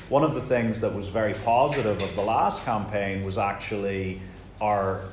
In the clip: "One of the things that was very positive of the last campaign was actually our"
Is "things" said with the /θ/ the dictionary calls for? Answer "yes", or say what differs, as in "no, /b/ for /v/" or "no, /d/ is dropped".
yes